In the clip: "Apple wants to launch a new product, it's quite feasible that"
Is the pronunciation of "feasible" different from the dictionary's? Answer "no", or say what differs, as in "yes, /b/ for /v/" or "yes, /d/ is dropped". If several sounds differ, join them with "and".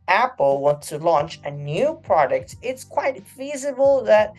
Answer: no